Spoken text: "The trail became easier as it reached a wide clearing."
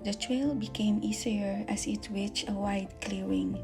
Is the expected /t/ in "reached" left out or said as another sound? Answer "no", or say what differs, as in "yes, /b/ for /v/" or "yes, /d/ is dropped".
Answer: yes, /t/ is dropped